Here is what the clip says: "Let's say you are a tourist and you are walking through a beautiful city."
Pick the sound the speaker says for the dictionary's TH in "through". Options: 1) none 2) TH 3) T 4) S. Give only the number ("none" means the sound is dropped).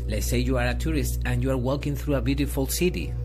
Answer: 2